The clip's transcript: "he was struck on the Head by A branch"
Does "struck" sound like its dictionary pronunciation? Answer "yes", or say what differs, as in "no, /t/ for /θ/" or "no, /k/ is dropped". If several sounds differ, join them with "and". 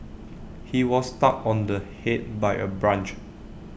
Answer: no, /ɹ/ is dropped